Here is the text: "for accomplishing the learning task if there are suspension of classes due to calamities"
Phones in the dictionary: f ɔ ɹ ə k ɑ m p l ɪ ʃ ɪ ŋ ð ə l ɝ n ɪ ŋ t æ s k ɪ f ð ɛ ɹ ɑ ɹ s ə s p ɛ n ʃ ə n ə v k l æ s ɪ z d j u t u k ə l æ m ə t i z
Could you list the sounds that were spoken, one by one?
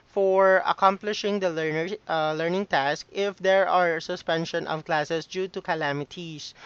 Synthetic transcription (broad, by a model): f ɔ ɹ ə k ɑ m p l ɪ ʃ ɪ ŋ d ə l ɝ n ɪ ŋ t æ s k ɪ f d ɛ ɹ ɑ ɹ s ə s p ɛ n ʃ ə n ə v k l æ s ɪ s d j u t u k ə l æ m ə t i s